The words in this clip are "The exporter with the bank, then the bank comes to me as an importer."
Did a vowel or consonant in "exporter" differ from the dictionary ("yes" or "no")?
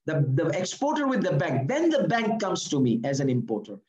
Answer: no